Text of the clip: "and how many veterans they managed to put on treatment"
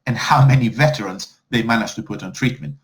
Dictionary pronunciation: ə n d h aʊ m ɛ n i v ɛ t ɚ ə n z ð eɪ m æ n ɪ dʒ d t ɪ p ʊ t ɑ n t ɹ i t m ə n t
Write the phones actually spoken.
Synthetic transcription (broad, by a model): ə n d h aʊ m ɛ n i v ɛ t ɚ ə n z ð eɪ m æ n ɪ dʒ t ɪ p ʊ t n t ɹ i t m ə n t